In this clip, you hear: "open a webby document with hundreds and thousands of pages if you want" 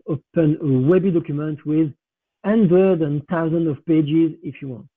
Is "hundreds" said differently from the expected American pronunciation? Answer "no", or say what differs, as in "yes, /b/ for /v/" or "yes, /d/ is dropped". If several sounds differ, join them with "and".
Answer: yes, /z/ is dropped